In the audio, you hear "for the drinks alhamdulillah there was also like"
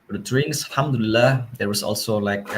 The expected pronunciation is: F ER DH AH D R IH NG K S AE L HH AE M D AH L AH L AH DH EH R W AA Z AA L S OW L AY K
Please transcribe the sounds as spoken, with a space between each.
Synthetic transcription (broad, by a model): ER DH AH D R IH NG S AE L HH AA M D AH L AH L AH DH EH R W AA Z AA L S OW L AY K